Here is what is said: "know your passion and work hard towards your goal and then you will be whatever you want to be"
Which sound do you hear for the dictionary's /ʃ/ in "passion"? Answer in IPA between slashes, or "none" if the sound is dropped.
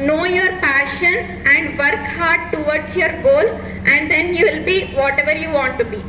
/ʃ/